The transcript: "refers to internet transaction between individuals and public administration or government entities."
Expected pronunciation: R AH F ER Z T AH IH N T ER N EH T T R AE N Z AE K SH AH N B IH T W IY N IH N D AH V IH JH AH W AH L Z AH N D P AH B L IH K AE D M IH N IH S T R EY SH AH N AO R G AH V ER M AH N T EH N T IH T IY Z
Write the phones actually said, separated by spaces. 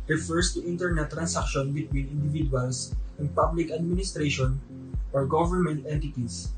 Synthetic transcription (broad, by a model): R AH F ER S T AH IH N T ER N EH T T R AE N S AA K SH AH N B IH T W IY N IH N D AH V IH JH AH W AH L S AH N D P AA B L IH K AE D M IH N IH S T R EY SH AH N AO R G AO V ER M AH N T EH N T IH T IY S